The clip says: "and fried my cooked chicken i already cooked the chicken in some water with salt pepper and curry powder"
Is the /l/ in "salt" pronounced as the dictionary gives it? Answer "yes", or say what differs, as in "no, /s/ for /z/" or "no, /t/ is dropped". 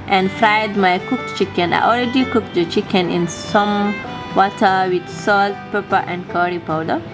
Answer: yes